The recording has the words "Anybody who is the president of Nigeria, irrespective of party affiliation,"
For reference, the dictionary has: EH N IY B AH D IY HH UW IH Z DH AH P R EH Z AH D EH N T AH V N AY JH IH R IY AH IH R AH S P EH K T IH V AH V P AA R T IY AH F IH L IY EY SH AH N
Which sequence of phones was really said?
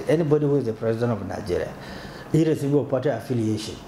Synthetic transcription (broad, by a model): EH N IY B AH D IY HH UW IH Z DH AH P R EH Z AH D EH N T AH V N AY JH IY R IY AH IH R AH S IY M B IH AH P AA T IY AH F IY L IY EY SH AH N